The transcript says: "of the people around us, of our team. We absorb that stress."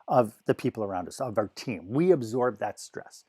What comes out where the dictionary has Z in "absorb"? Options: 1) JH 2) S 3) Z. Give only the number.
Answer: 3